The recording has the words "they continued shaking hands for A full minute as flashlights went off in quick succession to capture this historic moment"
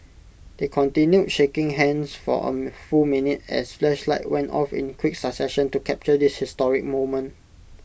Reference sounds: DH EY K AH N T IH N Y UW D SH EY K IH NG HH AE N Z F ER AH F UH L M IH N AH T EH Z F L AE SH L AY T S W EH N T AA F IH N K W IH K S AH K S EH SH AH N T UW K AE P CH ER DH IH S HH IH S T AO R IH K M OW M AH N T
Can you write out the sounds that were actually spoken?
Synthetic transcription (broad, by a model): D EY K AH N T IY N Y UW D SH EY K IH NG HH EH N S F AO AH F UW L M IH N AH T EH S F L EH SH L AY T W EH N T AA F IH N K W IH K S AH S EH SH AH N T UW K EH P CH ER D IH S HH IH S T AO R IH K M OW M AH N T